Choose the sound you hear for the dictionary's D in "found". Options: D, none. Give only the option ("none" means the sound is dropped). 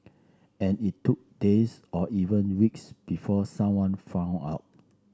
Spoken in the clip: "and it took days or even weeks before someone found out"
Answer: none